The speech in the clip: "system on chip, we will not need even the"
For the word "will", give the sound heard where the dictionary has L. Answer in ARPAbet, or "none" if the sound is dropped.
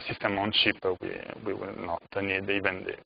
W